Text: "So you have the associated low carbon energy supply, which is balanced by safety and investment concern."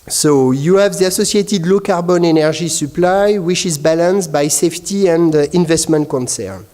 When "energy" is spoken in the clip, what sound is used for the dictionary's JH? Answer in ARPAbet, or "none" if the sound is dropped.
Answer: ZH